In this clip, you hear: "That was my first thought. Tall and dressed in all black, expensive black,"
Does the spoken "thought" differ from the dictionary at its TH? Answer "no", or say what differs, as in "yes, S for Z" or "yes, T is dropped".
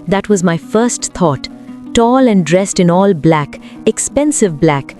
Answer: yes, T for TH